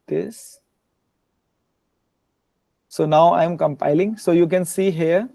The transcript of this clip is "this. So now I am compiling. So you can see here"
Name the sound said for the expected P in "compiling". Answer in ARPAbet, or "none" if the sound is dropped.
P